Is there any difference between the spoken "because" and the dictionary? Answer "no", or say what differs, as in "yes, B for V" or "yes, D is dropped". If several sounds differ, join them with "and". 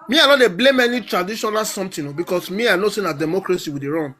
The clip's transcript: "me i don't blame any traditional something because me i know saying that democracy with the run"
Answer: yes, S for Z